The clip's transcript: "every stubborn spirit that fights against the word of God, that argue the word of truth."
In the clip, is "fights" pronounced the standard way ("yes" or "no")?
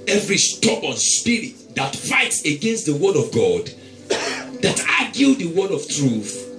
yes